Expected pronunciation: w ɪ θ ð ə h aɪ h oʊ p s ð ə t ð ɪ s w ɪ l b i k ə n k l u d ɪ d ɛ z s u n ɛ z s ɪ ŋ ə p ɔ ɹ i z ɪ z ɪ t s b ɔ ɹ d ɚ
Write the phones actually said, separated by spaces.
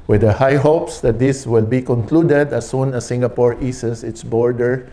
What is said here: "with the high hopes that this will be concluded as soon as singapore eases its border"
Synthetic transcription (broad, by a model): w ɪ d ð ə h aɪ h oʊ p s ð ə t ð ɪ s w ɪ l b i k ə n k l u d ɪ d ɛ s u n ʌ s ɪ ŋ ə p ɔ ɹ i s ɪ s ɪ t s b ɔ ɹ d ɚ